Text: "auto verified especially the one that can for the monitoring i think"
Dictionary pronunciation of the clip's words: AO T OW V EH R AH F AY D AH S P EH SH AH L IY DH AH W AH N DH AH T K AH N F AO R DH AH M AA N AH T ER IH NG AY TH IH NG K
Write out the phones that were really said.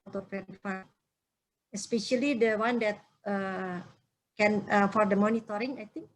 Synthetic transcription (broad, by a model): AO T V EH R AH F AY AH S P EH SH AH L IY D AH W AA N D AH T K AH N F AO R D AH M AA N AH T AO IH NG AY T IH NG K